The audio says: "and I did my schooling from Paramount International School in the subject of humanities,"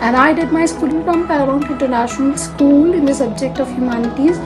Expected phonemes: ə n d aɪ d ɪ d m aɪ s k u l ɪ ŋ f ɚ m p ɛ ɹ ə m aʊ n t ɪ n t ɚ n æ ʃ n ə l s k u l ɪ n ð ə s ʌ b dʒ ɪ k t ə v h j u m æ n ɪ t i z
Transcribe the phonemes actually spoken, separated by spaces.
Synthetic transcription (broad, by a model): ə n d aɪ d ɪ d m aɪ s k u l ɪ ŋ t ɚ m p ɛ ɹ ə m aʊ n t ɪ n t ɚ n æ ʃ n ə l s k u l ɪ n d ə s ʌ b dʒ ɪ k t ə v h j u m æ n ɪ t i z